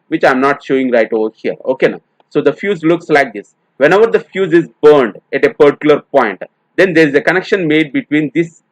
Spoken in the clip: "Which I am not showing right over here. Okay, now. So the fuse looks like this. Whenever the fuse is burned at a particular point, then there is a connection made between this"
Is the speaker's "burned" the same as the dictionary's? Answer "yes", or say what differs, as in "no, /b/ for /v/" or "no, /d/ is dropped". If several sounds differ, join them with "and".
yes